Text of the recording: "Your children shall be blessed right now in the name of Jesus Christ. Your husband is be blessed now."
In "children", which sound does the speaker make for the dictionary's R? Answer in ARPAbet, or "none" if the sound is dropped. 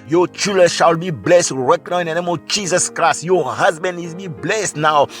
none